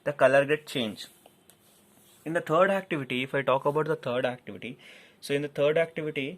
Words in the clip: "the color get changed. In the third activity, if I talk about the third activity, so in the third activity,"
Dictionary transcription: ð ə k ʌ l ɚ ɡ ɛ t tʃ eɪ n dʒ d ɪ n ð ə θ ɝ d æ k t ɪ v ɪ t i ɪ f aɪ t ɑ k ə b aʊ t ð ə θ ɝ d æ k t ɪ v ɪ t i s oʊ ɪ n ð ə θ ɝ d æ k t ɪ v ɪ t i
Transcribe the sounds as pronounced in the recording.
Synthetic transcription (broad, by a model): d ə k ʌ l ɚ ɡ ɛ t tʃ eɪ n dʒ ɪ n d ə t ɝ d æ k t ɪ v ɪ t i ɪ f aɪ t ɑ k ə b aʊ t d ə t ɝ d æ k t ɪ v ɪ t i s oʊ ɪ n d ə t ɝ d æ k t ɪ v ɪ t i